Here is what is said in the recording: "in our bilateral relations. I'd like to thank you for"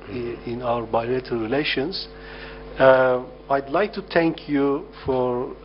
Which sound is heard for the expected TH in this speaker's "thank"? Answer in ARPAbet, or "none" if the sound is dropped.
T